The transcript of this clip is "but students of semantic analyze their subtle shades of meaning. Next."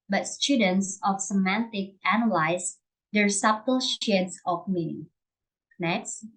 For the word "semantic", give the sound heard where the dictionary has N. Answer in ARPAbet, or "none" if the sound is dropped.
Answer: N